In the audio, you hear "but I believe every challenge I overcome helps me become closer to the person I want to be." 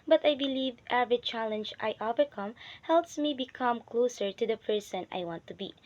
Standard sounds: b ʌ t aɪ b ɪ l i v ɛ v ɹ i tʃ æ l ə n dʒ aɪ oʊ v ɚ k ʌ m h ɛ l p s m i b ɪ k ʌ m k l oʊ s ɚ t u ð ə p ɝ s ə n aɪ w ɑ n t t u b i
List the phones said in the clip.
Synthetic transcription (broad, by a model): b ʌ t aɪ b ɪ l i v ɛ v ɹ i tʃ æ l ə n dʒ aɪ oʊ v ɚ k ʌ m h ɛ l p s m i b ɪ k ʌ m k l oʊ s ɚ t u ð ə p ɝ s ə n aɪ w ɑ n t t u b i